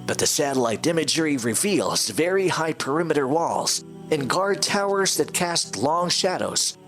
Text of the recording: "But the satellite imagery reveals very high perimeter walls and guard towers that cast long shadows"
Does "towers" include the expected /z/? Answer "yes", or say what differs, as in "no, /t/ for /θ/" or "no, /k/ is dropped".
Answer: yes